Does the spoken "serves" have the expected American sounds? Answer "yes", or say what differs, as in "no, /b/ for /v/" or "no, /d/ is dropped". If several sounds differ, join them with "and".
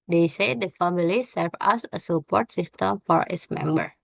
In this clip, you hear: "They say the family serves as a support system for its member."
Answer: no, /z/ is dropped